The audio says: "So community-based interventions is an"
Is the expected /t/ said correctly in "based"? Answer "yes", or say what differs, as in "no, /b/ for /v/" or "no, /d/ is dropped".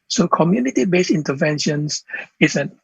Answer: no, /t/ is dropped